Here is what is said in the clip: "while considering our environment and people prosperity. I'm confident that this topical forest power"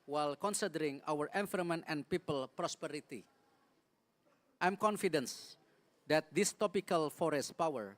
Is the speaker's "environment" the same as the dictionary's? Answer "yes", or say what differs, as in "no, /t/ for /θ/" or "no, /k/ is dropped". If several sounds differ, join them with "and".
no, /f/ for /v/